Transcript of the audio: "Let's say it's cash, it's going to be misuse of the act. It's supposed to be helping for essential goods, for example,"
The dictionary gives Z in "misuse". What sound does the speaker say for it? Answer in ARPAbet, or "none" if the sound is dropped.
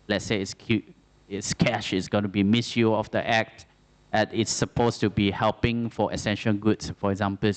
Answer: none